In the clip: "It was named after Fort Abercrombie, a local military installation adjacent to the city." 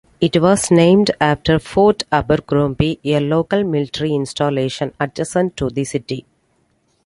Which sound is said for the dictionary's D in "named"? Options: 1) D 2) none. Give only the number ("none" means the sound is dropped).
1